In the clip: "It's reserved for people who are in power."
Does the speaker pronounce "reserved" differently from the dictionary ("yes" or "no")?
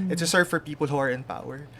yes